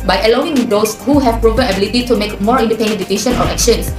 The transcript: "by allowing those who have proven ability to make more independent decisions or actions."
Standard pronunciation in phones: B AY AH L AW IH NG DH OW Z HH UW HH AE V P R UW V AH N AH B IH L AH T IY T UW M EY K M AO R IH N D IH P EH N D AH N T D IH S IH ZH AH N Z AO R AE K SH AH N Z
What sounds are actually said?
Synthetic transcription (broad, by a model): B AY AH L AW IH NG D OW S HH UW HH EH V P R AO P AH AH B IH L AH T IY T UW M EY K M AO R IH N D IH P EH N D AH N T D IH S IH SH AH N AO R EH K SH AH N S